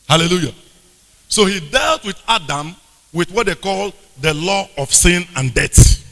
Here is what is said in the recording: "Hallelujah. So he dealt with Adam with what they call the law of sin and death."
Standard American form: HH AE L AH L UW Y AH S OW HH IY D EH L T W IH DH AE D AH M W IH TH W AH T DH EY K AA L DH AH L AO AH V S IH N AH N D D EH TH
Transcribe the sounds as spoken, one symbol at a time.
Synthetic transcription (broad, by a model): HH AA L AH L UW Y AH S OW HH IY D EH L T W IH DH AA D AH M W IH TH W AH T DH EY K AA L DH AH L AO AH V S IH N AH N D D EH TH